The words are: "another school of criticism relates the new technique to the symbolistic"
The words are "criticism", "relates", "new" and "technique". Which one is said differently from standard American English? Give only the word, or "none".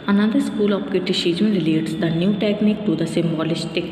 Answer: criticism